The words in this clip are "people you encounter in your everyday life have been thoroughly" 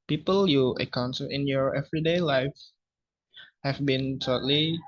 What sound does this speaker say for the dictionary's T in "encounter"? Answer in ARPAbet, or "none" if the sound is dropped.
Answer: S